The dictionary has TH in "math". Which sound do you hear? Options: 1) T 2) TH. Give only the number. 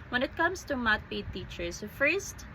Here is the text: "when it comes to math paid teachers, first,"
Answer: 1